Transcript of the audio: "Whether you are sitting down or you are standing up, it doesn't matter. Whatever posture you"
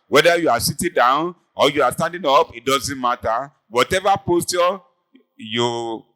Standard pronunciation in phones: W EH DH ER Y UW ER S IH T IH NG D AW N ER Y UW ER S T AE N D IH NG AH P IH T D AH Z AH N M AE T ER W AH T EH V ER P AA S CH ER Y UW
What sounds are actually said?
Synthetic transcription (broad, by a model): W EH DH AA Y UW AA S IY T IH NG D AW N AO Y UW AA S T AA N D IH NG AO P IH T D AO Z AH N M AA T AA W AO T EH V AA P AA S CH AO Y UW